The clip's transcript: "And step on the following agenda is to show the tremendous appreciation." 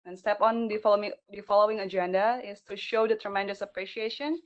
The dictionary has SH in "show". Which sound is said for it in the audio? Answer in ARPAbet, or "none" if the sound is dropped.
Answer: SH